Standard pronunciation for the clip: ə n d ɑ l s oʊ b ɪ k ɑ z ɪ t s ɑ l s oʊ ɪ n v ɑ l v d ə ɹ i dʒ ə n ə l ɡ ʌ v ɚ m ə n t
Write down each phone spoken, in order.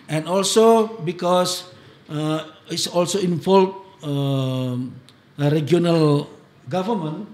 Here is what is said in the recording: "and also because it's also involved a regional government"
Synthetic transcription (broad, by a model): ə n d ɑ l s oʊ b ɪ k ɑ s ɪ t s ɑ l s oʊ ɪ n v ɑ l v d ə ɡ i ə n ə l ɡ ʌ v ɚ m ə n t